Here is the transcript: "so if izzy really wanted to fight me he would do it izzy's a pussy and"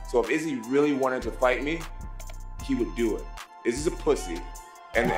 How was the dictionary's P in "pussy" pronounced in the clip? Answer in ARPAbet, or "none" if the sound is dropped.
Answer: P